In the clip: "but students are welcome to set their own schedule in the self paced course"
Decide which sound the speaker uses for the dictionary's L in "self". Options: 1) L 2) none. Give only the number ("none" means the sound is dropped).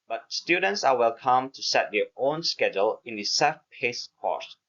2